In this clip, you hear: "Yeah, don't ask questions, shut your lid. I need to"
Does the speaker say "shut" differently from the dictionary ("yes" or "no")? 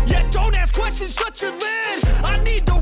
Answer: yes